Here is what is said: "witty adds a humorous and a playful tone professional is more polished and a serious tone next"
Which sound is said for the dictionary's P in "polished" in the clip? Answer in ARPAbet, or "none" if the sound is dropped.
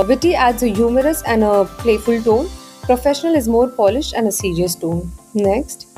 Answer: P